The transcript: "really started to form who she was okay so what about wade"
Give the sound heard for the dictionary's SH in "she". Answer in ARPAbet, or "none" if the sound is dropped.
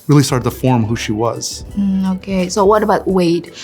SH